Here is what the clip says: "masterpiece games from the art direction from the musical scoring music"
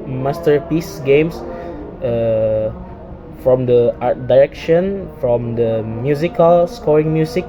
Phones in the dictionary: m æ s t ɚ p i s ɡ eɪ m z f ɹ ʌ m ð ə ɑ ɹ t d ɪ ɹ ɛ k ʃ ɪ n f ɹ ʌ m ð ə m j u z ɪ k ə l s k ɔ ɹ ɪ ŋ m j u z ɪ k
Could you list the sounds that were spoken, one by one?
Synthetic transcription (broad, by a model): m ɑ s t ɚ p i s ɡ eɪ m s f ɹ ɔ m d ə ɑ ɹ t d ɪ ɹ ɛ k ʃ ɪ n f ɹ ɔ m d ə m j u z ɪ k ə l s k ɔ ɹ ɪ ŋ m j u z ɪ k